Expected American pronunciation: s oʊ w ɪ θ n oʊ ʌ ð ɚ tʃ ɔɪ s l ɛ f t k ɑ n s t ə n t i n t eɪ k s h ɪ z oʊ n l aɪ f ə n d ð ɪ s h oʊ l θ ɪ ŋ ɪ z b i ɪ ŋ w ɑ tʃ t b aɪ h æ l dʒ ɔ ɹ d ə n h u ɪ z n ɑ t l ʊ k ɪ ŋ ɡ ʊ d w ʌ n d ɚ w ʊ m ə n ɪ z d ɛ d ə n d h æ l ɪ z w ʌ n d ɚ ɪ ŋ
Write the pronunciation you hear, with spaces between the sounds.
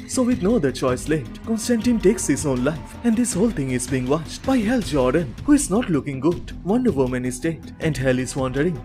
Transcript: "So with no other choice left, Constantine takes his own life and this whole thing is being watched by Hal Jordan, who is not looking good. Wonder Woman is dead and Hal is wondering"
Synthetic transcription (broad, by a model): s oʊ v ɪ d n oʊ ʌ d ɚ tʃ ɔɪ s l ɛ t k ɑ n s t ə n t i n t eɪ k s h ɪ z oʊ n l aɪ f ə n d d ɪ s h oʊ l t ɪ ŋ ɪ z b i ɪ ŋ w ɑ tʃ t b aɪ h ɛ l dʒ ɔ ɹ d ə n h u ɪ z n ɑ t l ʊ k ɪ ŋ ɡ ʊ d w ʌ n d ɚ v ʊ m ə n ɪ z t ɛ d ə n d h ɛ l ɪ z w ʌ n d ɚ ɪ ŋ